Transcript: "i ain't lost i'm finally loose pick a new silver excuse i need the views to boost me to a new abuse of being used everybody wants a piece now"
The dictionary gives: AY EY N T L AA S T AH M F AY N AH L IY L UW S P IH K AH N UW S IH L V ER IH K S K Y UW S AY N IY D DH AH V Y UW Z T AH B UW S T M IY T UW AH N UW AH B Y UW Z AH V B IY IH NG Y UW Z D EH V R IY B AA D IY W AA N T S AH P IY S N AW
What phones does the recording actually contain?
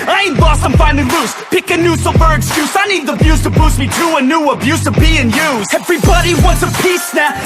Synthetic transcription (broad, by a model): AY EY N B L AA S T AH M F AY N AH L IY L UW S P IH K AH N UW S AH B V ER IH K S K Y UW S AY N IY D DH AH B Y UW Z T AH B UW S M IY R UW AH N UW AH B Y UW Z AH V B IY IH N Y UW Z EH V R IY B AA D IY W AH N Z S AH P IY S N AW